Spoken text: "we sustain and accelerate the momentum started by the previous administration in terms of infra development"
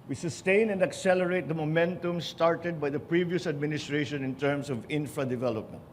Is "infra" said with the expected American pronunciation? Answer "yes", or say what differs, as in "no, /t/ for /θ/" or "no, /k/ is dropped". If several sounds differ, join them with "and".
yes